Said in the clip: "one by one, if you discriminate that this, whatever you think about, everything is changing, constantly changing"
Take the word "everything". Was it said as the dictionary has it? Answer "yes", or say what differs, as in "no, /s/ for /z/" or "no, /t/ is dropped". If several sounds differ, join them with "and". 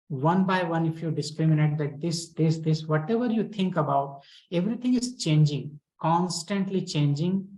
no, /t/ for /θ/